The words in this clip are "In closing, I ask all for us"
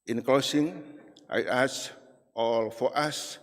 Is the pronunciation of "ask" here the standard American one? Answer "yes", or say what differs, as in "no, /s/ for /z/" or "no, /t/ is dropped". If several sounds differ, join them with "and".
no, /k/ is dropped